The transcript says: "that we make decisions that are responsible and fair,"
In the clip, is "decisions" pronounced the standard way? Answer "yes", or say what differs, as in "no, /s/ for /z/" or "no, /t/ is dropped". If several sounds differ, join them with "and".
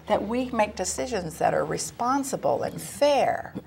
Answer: yes